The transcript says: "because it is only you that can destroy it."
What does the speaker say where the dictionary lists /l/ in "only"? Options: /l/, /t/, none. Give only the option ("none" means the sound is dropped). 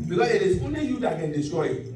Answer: none